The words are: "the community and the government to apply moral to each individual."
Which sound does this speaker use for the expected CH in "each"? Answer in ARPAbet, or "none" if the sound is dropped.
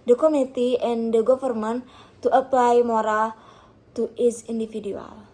S